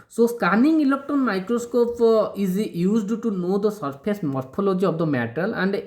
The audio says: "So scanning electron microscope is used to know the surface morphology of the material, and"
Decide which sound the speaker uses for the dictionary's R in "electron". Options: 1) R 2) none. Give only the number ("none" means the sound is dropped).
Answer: 2